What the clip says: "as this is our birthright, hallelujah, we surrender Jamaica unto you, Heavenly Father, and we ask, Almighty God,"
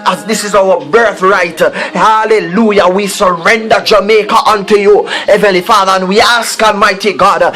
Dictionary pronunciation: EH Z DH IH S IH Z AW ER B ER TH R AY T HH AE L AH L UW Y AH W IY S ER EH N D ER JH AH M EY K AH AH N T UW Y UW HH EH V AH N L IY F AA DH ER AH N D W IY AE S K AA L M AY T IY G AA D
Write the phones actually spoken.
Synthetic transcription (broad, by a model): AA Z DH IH S IH Z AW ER B ER TH R AY T HH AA L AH L UW Y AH W IY S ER EH N D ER JH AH M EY K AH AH N T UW Y UW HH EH V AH N L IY F AA DH ER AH N W IY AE S K AA L M AY T IY G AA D